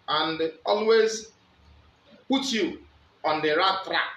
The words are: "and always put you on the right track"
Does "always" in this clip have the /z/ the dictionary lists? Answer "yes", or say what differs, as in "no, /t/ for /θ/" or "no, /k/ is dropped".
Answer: yes